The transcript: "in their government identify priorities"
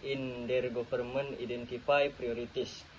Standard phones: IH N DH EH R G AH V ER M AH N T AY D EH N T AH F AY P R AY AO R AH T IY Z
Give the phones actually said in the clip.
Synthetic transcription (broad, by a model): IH N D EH R G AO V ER M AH N IY D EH N T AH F AY P R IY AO R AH T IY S